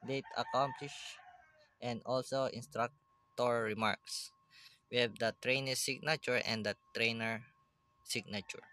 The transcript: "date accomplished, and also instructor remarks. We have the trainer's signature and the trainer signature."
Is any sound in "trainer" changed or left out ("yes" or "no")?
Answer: no